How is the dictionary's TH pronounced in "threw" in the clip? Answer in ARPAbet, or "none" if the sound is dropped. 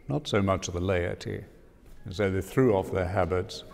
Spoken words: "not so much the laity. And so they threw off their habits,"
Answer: TH